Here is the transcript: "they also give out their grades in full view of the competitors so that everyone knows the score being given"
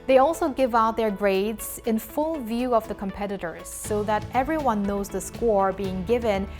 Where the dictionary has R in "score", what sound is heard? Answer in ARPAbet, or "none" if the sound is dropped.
R